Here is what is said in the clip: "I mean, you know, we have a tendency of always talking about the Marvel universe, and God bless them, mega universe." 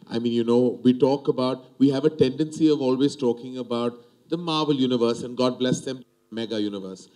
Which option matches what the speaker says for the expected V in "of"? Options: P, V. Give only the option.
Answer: V